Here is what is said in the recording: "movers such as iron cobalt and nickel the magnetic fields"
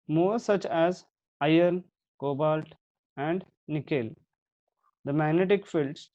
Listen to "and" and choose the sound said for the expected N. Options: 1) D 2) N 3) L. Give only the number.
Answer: 2